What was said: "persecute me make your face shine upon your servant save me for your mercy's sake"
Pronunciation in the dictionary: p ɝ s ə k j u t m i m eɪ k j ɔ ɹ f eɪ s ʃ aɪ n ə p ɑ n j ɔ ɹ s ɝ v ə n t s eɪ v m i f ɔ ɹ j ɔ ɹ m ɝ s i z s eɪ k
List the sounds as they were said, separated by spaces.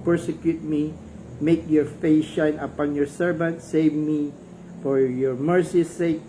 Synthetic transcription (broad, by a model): p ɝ s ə k j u t m i m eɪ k j ɔ ɹ f eɪ s ʃ aɪ n ə p ɑ n j ɔ ɹ s ɝ v ə n t s eɪ v m i f ɔ ɹ j ɔ ɹ m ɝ s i s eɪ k